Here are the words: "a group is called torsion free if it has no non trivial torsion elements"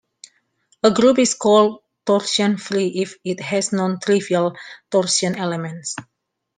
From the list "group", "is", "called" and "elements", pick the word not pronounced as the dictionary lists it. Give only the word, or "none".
is